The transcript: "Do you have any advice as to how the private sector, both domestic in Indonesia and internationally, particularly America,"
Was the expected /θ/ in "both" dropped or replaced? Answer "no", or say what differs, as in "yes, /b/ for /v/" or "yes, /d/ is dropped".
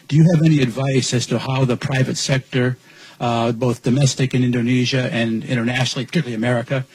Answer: no